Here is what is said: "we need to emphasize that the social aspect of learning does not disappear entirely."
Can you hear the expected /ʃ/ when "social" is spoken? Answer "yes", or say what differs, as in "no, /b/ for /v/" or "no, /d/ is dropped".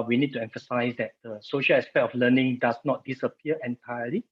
yes